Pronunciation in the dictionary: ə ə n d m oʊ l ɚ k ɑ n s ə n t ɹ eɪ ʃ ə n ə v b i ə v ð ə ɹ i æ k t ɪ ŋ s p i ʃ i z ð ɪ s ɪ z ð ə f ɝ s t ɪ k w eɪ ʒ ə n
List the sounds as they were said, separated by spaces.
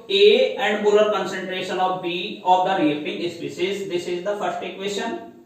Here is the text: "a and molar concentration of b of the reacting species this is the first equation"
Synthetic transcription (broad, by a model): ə ə n d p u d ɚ k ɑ n s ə n t ɹ eɪ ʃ ə n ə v b i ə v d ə ɹ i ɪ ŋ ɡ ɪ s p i s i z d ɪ s ɪ z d ə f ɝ s t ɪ k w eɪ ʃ ə n